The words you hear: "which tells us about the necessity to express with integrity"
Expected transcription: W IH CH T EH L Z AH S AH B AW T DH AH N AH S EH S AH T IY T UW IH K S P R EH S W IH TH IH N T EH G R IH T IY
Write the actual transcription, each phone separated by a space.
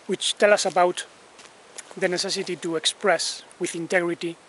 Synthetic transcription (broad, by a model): W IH CH T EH L AH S AH B AW T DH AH N AH S EH S AH T IY T UW IH K S P R EH S W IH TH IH N T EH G R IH T IY